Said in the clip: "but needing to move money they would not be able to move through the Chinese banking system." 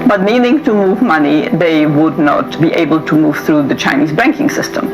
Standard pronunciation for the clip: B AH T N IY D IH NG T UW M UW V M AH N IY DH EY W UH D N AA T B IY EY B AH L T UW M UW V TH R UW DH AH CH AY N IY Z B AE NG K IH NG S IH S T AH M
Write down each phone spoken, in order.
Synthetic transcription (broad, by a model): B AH T N IY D IH NG T UW M UW V M AH N IY DH EY W UH D N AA T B IY EY B AH L T UW M UW V TH R UW DH AH CH AY N IY Z B AE NG K IH NG S IH S T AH M